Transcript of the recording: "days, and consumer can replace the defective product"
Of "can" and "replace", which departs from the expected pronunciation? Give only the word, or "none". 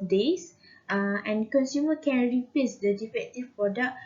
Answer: replace